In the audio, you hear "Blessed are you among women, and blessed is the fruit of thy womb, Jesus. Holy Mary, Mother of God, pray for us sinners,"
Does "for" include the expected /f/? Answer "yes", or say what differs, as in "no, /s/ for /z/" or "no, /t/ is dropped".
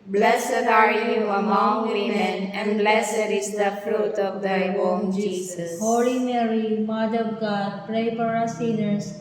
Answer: no, /p/ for /f/